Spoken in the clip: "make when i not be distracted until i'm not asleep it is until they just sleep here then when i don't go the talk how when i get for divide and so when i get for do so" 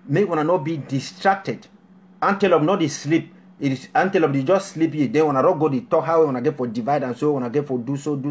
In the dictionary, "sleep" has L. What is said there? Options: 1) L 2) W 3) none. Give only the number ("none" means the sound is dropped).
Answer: 1